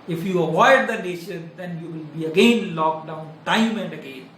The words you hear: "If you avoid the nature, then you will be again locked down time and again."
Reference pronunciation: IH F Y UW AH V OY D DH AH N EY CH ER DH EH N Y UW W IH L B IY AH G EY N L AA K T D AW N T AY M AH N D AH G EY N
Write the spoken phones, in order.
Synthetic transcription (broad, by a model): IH F Y UW AH V OY D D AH N EY SH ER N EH N Y UW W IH L B IY AH G EY N L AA K D AW N T AY M AH N D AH G EY N